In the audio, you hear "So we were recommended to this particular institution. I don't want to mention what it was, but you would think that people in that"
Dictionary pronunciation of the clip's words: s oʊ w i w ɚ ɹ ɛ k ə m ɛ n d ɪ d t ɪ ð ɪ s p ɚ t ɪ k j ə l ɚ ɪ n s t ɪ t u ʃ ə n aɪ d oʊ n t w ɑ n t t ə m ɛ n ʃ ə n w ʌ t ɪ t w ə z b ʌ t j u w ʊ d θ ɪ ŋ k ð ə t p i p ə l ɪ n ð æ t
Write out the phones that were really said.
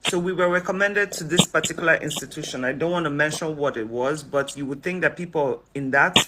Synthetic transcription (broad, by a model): s oʊ w i w ɚ ɹ ɛ k ə m ɛ n d ɪ d t ɪ ð ɪ s p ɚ t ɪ k j l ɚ ɪ n s t ɪ t u ʃ ə n aɪ d oʊ n t w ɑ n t t ə m ɛ n ʃ ə n w ʌ t ɪ t w ə z b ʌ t j u w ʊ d θ ɪ ŋ k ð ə t p i p l ɪ n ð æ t